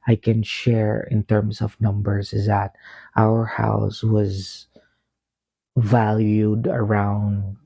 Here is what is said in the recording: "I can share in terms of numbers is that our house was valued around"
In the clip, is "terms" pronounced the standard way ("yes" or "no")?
no